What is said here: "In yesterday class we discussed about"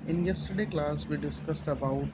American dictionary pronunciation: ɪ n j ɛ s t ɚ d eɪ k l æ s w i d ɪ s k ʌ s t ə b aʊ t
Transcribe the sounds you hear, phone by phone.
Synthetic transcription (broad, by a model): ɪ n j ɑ s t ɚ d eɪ k l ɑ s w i d ɪ s k ʌ s t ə b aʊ t